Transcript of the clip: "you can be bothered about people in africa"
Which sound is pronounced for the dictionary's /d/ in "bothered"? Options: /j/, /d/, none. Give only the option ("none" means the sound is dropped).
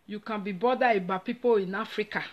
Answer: none